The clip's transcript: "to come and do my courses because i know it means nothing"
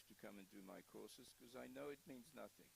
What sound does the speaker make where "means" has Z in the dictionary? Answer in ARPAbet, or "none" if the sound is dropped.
Z